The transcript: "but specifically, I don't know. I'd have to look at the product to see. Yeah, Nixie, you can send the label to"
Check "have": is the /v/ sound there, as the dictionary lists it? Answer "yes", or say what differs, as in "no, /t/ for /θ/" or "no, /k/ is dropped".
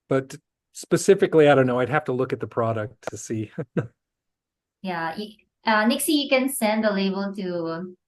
no, /f/ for /v/